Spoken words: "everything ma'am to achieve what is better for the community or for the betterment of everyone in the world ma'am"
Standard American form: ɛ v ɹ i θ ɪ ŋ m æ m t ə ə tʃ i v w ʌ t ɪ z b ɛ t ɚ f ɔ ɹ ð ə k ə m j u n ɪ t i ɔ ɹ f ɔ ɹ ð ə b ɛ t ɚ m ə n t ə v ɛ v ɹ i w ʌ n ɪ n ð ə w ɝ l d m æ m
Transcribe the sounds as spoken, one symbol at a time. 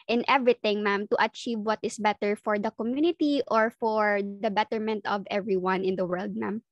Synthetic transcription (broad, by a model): ɛ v ɹ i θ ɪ ŋ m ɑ m t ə ə tʃ i v w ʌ t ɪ s b ɛ t ɚ f ɔ ɹ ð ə k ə m j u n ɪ t i ɔ ɹ f ɔ ɹ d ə b ɛ t ɚ m ə n t ə v ɛ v ɹ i w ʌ n ɪ n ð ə w ɝ l d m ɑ m